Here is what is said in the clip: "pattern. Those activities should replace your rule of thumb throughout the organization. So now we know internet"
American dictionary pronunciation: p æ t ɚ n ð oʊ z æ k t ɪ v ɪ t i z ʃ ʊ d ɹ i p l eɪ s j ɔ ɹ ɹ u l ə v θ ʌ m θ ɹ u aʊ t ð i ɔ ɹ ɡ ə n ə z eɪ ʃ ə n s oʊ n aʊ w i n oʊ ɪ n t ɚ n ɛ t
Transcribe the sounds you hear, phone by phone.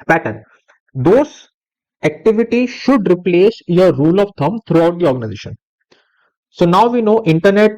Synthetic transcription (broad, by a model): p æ t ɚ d oʊ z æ k t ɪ v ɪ t i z ʃ ʊ d ɹ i p l eɪ s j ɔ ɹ ɹ u l ə v t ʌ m t ɹ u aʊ t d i ɔ ɹ ɡ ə n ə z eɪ ʃ ə n s oʊ n aʊ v i n oʊ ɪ n t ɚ n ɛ t